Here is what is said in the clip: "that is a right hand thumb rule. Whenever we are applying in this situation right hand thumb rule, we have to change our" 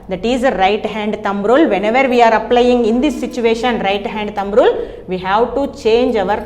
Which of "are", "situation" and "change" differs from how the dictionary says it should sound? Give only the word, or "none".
none